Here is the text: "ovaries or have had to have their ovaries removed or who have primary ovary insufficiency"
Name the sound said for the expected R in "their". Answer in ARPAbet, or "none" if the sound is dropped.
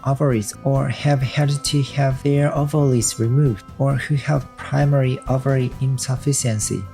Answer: R